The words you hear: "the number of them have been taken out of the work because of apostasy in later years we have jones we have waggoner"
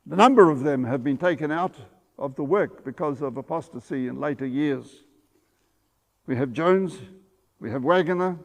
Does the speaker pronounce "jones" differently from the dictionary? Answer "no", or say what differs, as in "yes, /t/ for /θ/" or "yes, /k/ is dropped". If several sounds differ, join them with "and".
no